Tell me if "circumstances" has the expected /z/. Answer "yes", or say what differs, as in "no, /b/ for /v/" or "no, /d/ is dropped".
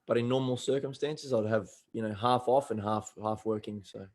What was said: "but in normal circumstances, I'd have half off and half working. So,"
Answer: yes